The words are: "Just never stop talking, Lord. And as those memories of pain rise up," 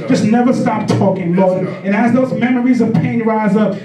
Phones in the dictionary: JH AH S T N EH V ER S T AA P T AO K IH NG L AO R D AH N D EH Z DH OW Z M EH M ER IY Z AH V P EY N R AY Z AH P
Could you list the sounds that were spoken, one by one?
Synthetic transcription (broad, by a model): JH AH S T N EH V ER S T AA P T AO K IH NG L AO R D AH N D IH Z DH OW Z M EH M ER IY Z AH V P EY N R AY Z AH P